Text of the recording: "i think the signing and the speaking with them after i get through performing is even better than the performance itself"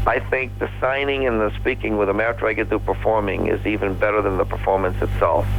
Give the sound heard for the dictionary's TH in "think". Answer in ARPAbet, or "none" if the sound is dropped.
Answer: TH